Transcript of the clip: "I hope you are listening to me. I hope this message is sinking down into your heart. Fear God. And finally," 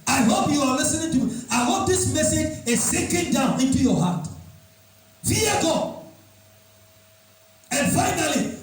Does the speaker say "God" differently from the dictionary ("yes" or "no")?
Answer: yes